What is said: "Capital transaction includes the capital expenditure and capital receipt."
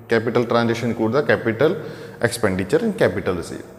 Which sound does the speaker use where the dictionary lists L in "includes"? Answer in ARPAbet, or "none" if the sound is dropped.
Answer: none